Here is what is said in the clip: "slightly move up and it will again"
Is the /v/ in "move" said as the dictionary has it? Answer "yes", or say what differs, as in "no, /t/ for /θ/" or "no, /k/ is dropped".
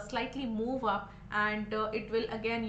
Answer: yes